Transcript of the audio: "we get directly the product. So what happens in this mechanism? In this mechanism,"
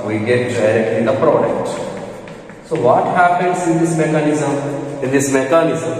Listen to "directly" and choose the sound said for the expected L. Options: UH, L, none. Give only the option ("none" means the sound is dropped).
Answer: none